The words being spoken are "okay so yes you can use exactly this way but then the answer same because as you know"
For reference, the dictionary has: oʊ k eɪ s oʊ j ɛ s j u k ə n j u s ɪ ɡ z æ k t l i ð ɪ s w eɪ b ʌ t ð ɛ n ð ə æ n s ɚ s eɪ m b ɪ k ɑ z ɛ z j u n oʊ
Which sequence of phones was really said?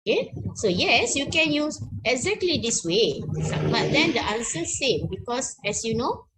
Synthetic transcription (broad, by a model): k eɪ s oʊ j ɛ s j u k ə n j u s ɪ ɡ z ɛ k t l i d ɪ s w eɪ b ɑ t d ɛ n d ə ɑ n s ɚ s eɪ m b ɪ k ɑ s ɛ s j u n oʊ